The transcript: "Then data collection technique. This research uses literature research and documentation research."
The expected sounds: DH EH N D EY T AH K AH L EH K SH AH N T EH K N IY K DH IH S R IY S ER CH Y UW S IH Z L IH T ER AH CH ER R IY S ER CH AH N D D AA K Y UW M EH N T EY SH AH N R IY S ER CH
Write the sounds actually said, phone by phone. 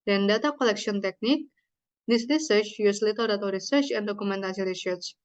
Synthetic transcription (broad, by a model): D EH N D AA T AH K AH L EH K S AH N T EH K N IY K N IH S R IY S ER CH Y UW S L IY T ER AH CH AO R IY S ER CH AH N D D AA K UW M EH N T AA S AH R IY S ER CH